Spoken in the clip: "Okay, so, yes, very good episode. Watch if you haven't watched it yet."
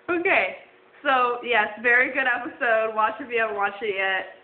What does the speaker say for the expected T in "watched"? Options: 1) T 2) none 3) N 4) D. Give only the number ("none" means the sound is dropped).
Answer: 2